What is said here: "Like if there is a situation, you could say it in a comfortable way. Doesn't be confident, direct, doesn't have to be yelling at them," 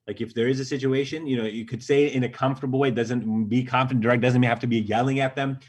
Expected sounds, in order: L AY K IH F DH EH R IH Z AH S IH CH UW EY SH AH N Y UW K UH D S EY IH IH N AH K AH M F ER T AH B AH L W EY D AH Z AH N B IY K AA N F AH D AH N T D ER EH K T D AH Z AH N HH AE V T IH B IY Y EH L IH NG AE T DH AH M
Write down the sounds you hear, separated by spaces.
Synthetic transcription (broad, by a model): L AY K IH F DH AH R IH Z AH S IH CH UW EY SH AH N Y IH K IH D S EY IH IH N AH K AH M F T AH B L W EY D AH Z AH N B IY K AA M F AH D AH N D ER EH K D AH Z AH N HH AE F T IH B IY Y EH L IH NG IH T DH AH M